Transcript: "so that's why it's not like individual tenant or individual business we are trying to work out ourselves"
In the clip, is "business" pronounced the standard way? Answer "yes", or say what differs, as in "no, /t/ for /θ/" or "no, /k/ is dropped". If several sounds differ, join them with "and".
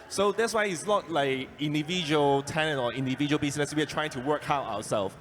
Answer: no, /s/ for /z/